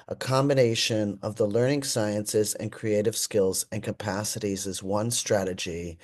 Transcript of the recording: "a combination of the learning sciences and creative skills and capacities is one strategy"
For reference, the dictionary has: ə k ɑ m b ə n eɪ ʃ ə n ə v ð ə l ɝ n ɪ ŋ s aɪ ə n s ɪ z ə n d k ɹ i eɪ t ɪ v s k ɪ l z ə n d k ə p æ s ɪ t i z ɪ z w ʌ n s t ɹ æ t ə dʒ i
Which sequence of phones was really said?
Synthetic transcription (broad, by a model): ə k ɑ m b ə n eɪ ʃ ə n ə v ð ə l ɝ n ɪ ŋ s aɪ ə n s ɪ z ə n k ɹ i eɪ t ɪ v s k ɪ l z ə n k ə p æ s ɪ t i z ɪ z w ʌ n s t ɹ æ t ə dʒ i